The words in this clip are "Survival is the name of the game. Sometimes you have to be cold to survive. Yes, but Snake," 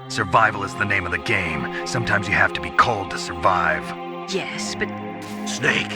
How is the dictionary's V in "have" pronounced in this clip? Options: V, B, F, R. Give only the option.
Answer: F